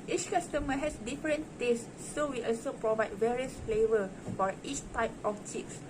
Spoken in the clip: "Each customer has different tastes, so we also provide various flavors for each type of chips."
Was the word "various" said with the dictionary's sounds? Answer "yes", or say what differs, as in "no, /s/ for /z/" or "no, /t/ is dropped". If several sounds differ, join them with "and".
yes